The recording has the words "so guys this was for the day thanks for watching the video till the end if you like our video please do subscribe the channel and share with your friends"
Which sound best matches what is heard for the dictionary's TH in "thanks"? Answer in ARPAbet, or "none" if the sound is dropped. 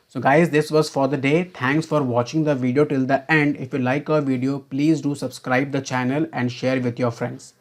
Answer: T